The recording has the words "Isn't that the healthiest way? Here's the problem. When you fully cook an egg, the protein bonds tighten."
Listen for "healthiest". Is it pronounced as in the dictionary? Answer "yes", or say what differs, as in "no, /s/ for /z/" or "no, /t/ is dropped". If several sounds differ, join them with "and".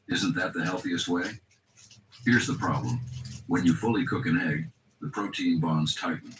yes